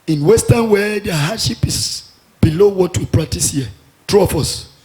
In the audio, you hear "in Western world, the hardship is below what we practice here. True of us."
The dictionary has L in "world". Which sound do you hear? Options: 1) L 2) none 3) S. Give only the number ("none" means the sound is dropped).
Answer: 2